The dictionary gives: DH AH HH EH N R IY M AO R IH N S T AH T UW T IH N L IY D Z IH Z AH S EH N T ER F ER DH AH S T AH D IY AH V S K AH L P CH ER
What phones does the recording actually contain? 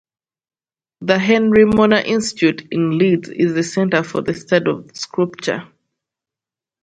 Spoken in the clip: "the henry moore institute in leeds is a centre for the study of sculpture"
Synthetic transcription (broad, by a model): DH AH HH EH N R IY M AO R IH N S T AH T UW T IH N L IY D Z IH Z AH S EH N T ER F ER DH AH S T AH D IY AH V S K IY P CH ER